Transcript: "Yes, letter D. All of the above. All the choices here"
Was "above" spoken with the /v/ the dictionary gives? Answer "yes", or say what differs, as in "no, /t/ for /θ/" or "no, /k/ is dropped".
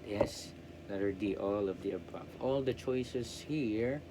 no, /f/ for /v/